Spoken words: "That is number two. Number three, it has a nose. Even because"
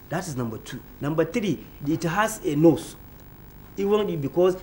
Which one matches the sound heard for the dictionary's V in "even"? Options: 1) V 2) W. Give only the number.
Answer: 2